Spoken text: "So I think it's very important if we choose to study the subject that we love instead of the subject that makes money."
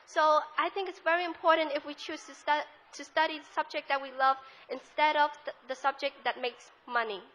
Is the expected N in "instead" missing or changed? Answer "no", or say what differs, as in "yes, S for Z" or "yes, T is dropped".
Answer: no